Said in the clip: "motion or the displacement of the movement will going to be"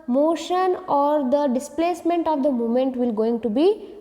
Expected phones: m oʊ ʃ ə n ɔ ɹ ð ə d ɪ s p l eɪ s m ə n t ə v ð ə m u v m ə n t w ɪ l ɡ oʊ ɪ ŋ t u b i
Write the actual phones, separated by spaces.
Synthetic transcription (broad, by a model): m oʊ ʃ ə n ɔ ɹ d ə d ɪ s p l eɪ s m ə n t ə v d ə m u m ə n t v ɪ l ɡ oʊ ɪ ŋ t u b i